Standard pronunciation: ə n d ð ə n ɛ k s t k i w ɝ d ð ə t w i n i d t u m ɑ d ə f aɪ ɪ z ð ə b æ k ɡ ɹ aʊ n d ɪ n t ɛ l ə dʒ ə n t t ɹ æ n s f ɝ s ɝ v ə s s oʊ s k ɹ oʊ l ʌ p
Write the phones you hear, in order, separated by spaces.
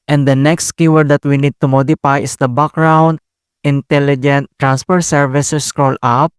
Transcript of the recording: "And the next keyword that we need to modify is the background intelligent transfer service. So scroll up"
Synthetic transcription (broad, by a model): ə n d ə n ɛ k s t k i w ɝ d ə t w i n i d t u m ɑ d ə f aɪ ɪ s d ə b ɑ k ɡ ɹ aʊ n d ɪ n t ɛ l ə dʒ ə n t t ɹ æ n s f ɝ s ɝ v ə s s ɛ s k ɹ oʊ l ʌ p